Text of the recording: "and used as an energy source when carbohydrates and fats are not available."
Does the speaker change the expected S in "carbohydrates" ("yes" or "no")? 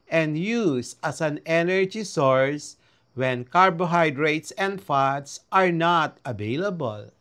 no